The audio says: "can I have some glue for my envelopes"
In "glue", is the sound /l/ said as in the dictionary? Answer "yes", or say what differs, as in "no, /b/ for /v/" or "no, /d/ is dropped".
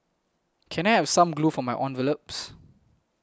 yes